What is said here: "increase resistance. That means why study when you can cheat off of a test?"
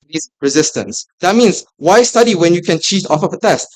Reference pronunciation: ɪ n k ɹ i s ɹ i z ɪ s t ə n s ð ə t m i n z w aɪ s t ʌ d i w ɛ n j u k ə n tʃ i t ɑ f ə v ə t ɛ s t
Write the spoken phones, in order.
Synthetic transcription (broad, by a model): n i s ɹ i z ɪ s t ə n s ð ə t m i n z w aɪ s t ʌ d i w ɛ n j u k ə n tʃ i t ɑ f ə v ə t ɛ s t